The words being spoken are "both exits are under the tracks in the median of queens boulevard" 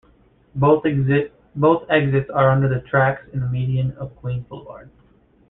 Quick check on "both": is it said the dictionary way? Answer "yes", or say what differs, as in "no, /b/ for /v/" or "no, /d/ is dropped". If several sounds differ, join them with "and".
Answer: no, /t/ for /θ/